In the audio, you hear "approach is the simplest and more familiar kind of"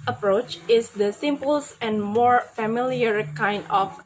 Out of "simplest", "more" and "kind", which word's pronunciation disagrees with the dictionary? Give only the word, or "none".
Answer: simplest